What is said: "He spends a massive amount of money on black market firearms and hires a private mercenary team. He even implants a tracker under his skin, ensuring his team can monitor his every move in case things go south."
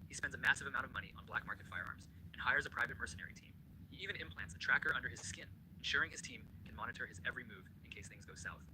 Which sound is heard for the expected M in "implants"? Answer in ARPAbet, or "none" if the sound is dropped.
M